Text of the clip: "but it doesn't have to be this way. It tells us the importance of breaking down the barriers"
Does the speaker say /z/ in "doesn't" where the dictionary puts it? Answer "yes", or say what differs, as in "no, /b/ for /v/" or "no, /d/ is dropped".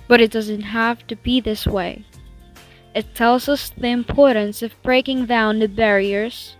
yes